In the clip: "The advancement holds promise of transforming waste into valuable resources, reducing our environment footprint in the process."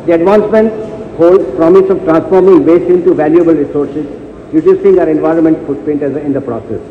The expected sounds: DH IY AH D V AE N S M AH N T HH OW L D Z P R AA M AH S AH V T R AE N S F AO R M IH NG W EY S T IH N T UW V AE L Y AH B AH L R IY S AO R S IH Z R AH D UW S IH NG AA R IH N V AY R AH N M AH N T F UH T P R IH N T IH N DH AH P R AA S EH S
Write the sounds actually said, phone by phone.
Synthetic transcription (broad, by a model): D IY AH D V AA N S M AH N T HH OW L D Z P R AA M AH S AH V T R AE N S F AO R M IH NG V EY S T IH N T UW V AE L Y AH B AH L R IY S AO R S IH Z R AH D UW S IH NG AA R IH N V AY R AH N M AH N T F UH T P EH N T IH N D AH P R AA S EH S